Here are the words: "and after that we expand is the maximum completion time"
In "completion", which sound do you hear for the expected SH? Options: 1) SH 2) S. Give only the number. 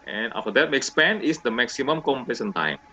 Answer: 2